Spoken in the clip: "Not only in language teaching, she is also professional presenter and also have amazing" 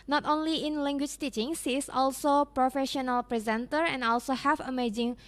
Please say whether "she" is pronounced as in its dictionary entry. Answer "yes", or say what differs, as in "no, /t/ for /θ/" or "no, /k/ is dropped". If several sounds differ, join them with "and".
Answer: no, /s/ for /ʃ/